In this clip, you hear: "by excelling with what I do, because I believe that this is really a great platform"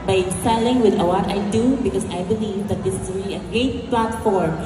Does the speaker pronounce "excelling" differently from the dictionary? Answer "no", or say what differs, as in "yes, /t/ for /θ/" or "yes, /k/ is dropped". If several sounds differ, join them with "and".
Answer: yes, /k/ is dropped